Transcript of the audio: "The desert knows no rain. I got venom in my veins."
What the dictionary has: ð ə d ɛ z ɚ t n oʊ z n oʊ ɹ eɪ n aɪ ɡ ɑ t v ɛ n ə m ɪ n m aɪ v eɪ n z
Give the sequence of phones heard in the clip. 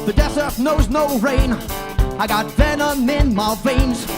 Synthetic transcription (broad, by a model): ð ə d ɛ s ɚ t n oʊ z n oʊ ɹ eɪ n aɪ ɡ ɑ t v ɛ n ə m ɪ n m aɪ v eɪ n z